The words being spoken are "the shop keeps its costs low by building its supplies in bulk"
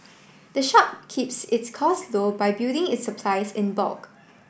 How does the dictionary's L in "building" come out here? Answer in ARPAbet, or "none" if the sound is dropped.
none